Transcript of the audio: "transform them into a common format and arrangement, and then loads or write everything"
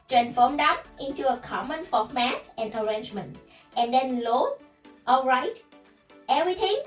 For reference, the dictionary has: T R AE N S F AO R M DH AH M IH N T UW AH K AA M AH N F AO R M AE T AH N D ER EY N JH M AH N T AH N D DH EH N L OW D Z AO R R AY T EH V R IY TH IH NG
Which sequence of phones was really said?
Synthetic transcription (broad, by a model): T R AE N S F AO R M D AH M IH N T UW AH K AA M AH N F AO M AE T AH N ER EY N JH M AH N T AH N D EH N L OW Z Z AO L R AY T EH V R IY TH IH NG